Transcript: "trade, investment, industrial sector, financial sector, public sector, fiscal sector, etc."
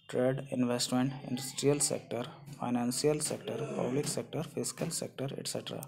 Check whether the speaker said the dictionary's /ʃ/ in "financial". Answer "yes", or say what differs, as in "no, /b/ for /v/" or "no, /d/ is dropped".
no, /s/ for /ʃ/